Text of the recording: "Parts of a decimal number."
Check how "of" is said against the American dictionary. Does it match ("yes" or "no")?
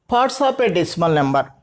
no